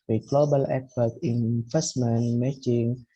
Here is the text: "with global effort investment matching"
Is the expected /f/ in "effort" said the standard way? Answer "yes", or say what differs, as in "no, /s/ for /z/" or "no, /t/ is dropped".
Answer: no, /p/ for /f/